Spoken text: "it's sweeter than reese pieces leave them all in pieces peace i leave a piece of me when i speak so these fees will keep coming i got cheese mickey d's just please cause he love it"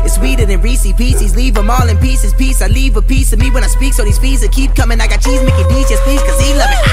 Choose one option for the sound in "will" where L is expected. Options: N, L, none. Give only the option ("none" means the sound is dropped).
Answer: N